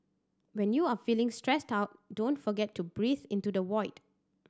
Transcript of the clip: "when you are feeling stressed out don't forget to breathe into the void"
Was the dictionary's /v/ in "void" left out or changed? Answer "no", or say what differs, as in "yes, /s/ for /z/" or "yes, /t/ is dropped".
yes, /w/ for /v/